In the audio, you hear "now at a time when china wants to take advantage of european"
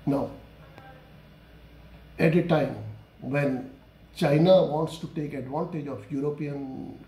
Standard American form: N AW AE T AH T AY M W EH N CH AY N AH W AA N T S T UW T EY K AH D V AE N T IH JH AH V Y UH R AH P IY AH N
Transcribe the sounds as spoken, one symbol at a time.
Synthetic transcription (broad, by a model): N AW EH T AH T AY M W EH N CH AY N AH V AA N T S T UW T EY K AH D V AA N T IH JH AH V Y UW R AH P IY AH N